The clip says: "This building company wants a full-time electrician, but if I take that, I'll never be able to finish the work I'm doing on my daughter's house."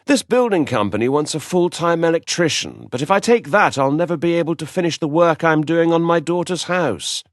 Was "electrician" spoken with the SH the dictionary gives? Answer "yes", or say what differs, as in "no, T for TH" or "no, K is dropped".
yes